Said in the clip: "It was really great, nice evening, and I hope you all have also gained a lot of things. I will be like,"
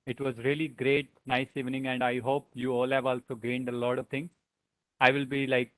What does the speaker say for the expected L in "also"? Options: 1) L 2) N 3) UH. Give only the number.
1